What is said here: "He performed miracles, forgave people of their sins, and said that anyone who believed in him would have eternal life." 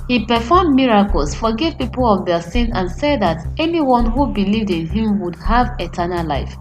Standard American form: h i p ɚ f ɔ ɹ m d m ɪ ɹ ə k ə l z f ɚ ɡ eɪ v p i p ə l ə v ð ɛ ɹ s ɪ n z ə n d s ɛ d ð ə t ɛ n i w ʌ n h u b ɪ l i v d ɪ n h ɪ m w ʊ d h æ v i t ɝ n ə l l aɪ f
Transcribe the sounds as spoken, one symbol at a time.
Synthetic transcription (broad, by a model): h i p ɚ f ɔ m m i ɹ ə k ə l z f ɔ ɡ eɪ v p i p ə l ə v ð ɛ s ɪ n ə n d s ɛ d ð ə t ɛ n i w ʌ n h u b ɪ l i v d ɪ n h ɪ m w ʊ d h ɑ v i t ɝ n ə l l aɪ f